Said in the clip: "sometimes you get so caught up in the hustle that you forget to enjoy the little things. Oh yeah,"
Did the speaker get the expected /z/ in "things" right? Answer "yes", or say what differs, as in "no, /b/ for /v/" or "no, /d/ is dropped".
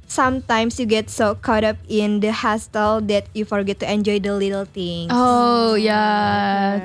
no, /z/ is dropped